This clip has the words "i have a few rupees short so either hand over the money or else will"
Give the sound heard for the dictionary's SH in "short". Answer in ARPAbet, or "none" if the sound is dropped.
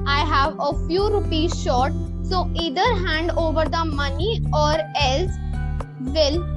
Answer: SH